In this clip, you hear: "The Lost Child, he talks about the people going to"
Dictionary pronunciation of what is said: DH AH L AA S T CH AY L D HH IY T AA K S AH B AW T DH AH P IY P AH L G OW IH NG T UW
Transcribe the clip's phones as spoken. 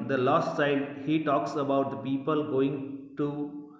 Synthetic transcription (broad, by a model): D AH L AA S T S AY D HH IY T AA K S AH B AW T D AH P IY P AH L G OW IH NG T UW